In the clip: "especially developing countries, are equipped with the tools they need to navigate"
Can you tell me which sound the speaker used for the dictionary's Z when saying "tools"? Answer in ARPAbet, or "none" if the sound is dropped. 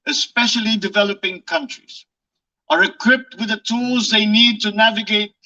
Z